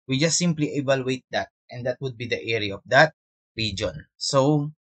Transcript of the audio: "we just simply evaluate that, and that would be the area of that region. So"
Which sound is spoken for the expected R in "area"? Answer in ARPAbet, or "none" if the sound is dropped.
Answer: R